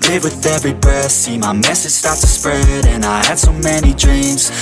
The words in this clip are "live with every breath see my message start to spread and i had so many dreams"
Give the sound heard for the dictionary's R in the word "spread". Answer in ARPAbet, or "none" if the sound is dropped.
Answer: R